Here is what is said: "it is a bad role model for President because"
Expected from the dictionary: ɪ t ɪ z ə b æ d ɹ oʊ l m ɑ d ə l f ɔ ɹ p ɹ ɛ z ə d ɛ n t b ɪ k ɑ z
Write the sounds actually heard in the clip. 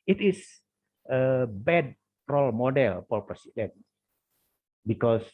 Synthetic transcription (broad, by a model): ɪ t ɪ s ə b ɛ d ɹ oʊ l m ɑ d ə l p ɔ l p ɹ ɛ s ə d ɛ n b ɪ k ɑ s